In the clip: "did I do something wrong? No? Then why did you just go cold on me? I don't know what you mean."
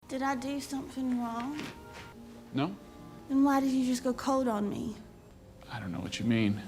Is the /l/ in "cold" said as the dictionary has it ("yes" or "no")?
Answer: no